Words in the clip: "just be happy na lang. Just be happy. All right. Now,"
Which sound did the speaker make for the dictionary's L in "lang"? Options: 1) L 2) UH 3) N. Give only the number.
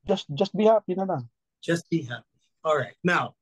3